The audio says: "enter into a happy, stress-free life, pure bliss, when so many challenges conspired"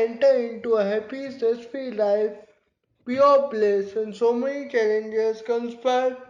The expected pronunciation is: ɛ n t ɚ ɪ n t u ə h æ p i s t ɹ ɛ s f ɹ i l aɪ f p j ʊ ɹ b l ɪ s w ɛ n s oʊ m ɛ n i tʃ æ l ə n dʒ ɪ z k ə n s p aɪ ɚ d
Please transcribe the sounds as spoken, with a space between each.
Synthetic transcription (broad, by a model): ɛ n t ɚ ɪ n t u ə h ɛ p i s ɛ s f i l aɪ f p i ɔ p l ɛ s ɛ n s oʊ m ɛ n i tʃ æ l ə n dʒ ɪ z k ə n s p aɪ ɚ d